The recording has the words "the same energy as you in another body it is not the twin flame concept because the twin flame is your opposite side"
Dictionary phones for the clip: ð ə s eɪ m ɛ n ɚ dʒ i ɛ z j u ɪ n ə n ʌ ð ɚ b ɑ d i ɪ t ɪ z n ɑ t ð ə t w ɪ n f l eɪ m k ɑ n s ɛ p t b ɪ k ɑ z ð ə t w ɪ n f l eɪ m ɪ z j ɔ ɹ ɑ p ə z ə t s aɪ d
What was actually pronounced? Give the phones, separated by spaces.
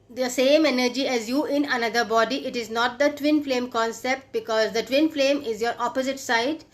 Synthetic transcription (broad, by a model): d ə s eɪ m ɛ n ɚ dʒ i ɛ z j u ɪ n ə n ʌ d ɚ b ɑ d i ɪ t ɪ z n ɑ t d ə t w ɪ n f l eɪ m k ɑ n s ɛ p t b ɪ k ɑ z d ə t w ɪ n f l eɪ m ɪ z j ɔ ɹ ɑ p ə z ə t s aɪ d